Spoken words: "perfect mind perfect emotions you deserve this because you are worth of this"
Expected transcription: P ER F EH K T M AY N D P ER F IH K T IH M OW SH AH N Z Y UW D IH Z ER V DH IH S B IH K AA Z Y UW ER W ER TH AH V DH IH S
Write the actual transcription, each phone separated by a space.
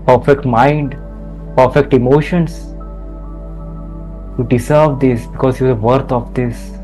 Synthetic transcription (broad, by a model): P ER F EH K T M AY N D P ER F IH K T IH M OW SH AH N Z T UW D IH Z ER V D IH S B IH K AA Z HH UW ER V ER T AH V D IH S